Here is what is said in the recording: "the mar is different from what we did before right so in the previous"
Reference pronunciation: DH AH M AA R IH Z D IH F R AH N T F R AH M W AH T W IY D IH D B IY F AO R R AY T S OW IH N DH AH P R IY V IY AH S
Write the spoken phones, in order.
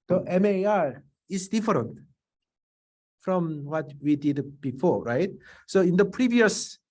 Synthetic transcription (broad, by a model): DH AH M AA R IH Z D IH F R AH N T F R AH M W AH T W IY D IH D B IY F AO R R AY T S OW IH N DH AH P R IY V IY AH S